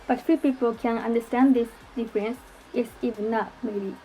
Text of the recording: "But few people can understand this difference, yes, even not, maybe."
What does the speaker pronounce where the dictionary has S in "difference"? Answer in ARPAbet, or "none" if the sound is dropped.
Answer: S